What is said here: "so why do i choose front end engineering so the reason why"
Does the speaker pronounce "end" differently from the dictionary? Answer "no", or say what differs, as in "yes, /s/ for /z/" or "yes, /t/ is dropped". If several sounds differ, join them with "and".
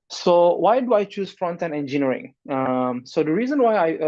yes, /d/ is dropped